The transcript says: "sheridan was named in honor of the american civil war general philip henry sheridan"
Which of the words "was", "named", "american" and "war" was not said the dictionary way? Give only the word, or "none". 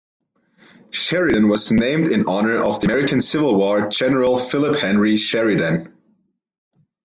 none